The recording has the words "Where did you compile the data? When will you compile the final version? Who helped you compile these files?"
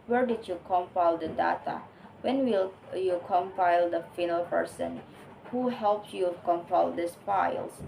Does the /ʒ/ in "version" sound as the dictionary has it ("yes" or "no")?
no